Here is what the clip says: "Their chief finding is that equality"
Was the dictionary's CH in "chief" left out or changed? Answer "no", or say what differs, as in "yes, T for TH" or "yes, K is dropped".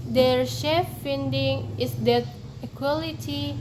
yes, SH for CH